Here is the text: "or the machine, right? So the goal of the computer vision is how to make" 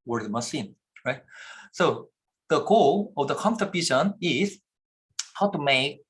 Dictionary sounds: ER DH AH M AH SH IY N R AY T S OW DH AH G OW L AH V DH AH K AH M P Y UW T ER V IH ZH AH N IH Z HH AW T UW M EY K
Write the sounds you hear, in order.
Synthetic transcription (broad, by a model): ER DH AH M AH S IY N R AY T S OW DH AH G OW L AH V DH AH K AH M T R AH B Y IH SH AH N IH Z HH AW T UW M EY K